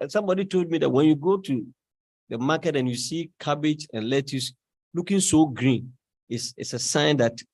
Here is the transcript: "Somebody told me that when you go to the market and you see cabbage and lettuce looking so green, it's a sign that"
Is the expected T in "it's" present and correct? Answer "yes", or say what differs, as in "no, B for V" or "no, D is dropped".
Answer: no, S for T